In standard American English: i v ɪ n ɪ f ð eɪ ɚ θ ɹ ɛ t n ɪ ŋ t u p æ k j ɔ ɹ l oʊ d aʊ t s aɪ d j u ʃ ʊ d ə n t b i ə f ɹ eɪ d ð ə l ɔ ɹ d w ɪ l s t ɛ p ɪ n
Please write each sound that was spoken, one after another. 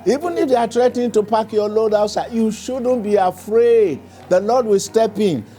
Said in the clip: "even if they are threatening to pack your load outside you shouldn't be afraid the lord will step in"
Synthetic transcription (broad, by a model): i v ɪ n ɪ f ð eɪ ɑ t ɹ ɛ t ɪ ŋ t u p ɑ k j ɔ l oʊ d aʊ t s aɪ j u ʃ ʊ d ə n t b i ə f ɹ eɪ d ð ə l ɔ d w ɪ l s t ɛ p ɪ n